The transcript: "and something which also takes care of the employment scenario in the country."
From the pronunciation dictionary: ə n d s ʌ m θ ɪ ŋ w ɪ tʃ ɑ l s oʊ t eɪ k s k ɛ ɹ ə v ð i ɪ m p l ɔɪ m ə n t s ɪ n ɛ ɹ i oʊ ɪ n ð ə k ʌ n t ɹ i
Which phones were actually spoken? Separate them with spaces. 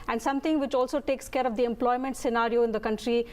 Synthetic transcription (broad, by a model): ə n d s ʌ m t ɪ ŋ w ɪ tʃ ɑ l s oʊ t eɪ k s k ɛ ɹ ə v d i ɪ m p l ɔɪ m ə n t s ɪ n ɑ ɹ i oʊ ɪ n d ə k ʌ n t ɹ i